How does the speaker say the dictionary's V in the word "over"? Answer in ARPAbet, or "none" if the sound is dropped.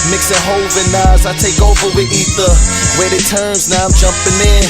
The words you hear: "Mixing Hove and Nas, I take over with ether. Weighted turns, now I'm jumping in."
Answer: V